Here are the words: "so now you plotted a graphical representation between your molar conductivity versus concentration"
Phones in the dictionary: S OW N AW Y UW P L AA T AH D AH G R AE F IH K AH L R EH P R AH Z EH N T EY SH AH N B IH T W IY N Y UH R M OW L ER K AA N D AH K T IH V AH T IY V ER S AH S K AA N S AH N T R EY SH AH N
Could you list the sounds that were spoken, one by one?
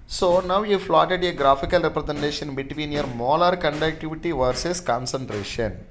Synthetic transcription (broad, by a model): S OW N AW Y UW F L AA T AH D AH G R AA F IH K AH L R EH P R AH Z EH N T EY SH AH N B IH T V IY N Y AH R M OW L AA K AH N D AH K T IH V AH T IY V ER S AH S K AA N S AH N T R EY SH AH N